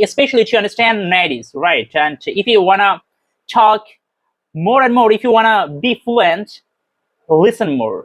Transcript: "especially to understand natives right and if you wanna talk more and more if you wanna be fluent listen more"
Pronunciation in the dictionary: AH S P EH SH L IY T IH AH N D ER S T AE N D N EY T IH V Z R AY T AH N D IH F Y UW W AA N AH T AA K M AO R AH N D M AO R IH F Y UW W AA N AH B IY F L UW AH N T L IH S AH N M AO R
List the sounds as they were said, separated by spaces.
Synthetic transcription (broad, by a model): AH S P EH SH L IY T IH AH N D ER S T AE N D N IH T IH Z R AY T AH N D IH F Y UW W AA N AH T AA K M AO R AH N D M AO R IH F Y UW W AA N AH B IY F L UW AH N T L IH S AH N M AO R